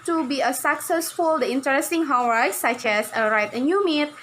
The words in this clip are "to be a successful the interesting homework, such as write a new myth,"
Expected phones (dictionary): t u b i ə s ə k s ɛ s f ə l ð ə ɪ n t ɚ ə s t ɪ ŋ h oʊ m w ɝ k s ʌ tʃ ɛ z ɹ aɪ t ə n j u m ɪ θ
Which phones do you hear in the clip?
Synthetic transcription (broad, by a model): t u b i ə s ə k s ɛ s f ə l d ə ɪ n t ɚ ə s t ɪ ŋ h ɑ w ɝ s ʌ tʃ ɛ s ɹ aɪ t ə n j u m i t